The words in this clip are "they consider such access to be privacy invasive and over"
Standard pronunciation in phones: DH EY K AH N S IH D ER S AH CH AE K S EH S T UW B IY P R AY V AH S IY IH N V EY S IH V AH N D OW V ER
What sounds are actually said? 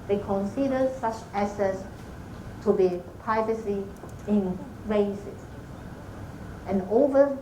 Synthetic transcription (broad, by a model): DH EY K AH N S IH D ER S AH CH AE S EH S T UW B IY P R AY V AH S IY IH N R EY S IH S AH N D OW V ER